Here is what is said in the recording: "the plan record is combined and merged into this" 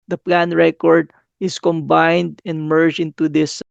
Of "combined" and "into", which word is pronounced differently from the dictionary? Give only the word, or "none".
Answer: none